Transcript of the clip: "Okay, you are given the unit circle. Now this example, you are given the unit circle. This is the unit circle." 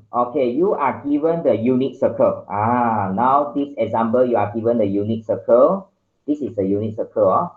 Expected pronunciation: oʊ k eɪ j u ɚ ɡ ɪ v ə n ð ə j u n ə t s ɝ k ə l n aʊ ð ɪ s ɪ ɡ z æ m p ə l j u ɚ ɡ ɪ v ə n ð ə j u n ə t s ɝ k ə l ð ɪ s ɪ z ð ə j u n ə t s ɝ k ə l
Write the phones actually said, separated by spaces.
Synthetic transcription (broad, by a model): oʊ k eɪ j u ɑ ɡ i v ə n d ə j u n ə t s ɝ k ə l n aʊ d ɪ s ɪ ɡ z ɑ m b ə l j u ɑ ɡ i v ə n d ə j u n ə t s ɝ k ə l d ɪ s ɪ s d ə j u n ə t s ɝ k ə l